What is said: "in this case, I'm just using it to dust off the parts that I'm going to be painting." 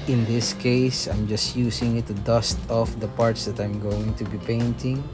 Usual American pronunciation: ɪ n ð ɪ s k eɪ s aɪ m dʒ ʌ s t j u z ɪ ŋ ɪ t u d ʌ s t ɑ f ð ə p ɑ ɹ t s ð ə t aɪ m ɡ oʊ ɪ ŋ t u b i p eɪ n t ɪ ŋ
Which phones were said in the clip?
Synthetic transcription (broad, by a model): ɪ n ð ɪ s k eɪ s aɪ m dʒ ʌ s t j u s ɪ ŋ ɪ t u d ʌ s t ɑ f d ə p ɑ ɹ t s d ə t aɪ m ɡ oʊ ɪ ŋ t u b i p eɪ n t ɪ ŋ